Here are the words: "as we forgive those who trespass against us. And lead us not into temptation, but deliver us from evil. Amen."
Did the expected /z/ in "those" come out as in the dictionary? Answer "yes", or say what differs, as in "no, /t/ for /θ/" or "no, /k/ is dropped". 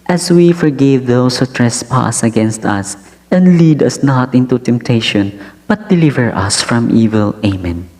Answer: no, /s/ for /z/